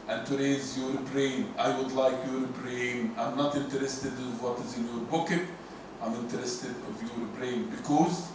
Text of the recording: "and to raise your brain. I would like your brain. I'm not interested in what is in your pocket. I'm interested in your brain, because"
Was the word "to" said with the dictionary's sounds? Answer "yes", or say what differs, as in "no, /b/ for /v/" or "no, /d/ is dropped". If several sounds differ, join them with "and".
yes